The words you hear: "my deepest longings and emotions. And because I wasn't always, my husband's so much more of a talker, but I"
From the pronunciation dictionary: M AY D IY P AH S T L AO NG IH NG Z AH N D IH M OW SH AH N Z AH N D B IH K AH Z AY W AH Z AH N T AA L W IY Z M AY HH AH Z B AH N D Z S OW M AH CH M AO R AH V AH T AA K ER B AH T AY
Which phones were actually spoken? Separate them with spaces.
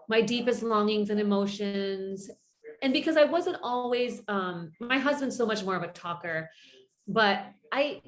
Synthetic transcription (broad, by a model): M AY D IY P AH S T L AO NG IH NG Z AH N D IH M OW SH AH N Z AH N B IH K AH Z AY W AH Z AH N T AA L W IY Z M AY HH AH Z B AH N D S OW M AH CH M AO R AH V AH T AA K ER B AH T AY